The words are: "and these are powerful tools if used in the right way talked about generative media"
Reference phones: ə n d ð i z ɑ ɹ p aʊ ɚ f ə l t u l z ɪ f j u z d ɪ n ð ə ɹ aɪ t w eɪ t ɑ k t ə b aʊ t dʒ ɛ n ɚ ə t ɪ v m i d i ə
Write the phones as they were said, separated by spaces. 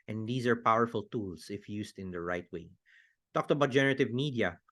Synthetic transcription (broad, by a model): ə n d i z ɑ ɹ p aʊ ɚ f ə l t u l s ɪ f j u s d ɪ n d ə ɹ aɪ t w eɪ t ɑ k t ə b aʊ t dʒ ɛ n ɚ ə t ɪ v m i d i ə